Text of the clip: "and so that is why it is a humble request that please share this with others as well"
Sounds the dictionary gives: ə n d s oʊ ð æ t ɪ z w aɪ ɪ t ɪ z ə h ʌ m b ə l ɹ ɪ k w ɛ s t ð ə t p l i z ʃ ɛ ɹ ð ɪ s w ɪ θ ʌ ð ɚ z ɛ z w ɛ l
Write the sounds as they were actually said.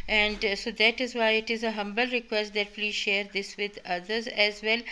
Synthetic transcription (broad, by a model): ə n d s oʊ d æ t ɪ z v aɪ ɪ t ɪ z ə h ʌ m b ə l ɹ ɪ k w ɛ s t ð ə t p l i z ʃ ɛ ɹ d ɪ s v ɪ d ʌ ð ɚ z ɛ z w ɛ l